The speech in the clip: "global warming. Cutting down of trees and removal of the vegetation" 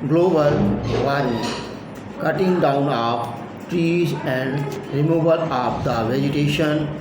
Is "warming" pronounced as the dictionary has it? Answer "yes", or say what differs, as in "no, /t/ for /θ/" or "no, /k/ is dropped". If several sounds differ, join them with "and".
no, /m/ is dropped